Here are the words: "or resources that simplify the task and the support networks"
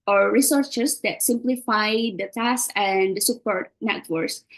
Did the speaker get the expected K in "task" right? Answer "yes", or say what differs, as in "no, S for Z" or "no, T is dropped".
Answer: no, K is dropped